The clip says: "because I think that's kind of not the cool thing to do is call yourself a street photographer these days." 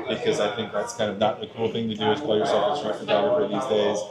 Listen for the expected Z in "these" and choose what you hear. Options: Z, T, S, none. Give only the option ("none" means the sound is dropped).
Z